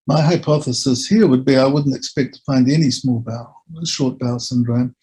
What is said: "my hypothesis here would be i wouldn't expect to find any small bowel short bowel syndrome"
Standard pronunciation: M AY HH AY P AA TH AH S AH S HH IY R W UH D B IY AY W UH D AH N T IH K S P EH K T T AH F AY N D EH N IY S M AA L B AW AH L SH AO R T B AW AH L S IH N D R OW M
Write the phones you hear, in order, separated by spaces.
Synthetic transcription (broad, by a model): M AY HH AY P AA TH AH S AH S HH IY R W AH D B IY AY W UH D N T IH K S P EH K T T AH F AY N D EH N IY S M AA L B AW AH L SH AO R T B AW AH L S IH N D R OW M